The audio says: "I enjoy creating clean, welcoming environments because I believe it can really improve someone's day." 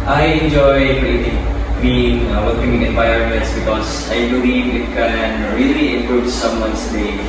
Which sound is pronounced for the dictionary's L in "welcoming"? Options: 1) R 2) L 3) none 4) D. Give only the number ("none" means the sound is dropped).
3